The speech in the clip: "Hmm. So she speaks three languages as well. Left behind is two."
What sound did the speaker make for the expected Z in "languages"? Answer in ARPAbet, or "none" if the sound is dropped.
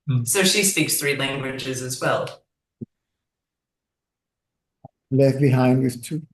Z